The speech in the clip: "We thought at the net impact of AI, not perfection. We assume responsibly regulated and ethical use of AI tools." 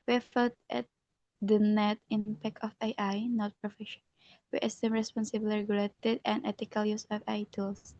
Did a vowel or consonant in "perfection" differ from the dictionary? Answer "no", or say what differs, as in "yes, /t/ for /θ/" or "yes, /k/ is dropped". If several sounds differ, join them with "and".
yes, /k/ is dropped